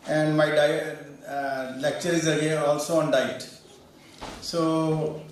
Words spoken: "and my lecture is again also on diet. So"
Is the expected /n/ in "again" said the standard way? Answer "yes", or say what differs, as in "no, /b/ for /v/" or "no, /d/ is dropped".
no, /n/ is dropped